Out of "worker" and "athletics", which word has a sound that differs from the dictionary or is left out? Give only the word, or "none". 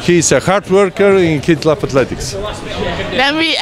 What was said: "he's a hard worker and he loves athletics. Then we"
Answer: athletics